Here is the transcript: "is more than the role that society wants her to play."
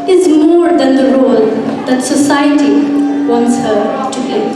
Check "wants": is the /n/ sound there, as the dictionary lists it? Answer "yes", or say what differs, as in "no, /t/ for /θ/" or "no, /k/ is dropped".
yes